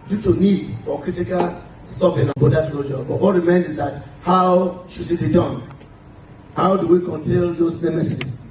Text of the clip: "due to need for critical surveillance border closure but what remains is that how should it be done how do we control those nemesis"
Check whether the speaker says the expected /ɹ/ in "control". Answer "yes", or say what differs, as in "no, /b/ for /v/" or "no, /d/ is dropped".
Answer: no, /ɹ/ is dropped